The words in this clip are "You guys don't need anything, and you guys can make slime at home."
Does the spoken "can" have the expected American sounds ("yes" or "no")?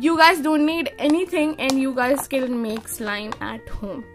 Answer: no